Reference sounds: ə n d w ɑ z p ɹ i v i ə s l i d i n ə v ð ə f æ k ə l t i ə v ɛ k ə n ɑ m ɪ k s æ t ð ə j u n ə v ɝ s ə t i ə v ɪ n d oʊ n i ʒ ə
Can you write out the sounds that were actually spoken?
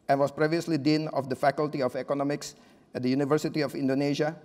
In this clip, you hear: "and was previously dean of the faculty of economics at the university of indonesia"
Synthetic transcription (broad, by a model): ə n w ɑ s p ɹ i v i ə s l i d i n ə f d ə f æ k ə l t i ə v ɛ k ə n ɑ m ɪ k s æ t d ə j u n ə v ɝ s ə t i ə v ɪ n d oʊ n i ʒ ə